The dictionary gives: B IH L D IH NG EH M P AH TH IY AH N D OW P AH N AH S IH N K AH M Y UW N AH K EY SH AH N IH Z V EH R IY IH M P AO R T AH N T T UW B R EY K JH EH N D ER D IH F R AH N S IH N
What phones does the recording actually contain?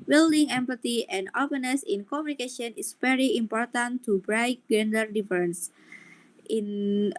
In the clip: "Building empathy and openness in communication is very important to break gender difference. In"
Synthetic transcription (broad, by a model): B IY L D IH NG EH M P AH T IY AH N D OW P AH N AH S IH N K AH M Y UW N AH K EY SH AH N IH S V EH R IY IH M P AO R T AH N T T UW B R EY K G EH N D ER D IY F R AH N S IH N